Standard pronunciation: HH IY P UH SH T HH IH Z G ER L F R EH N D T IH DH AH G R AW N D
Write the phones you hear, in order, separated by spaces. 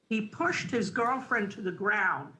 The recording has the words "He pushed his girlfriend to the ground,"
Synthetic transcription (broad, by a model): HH IY P UH SH T HH IH Z G ER L F R EH N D T IH DH AH G R AW N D